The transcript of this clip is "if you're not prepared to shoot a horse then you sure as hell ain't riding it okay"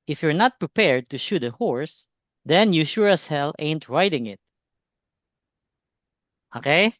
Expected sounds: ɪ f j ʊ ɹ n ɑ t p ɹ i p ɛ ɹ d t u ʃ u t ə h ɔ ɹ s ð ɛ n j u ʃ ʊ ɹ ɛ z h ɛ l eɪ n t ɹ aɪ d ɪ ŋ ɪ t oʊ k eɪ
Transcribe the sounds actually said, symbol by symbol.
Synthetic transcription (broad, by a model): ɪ f j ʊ ɹ n ɑ t p ɹ i p ɛ ɹ d t u ʃ u t ə h ɔ ɹ s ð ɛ n j u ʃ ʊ ɹ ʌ s h ɛ l eɪ n t ɹ aɪ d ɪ ŋ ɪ t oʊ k eɪ